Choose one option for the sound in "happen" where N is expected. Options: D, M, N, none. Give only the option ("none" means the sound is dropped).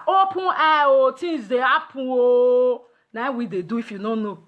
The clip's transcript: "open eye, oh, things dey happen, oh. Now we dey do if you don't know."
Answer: none